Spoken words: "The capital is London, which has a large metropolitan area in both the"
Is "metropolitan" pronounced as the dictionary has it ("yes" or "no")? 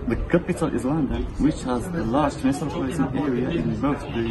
no